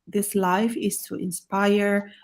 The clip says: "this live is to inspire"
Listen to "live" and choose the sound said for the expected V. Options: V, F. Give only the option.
F